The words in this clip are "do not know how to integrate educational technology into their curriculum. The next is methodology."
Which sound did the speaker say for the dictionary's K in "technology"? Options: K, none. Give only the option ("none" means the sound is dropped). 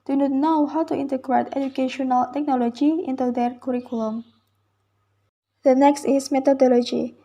K